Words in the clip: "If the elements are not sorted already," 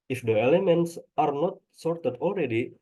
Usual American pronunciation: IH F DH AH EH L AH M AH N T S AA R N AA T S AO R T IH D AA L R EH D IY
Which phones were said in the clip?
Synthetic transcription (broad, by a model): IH F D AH EH L AH M AH N T S AA R N AA T S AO R T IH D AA L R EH D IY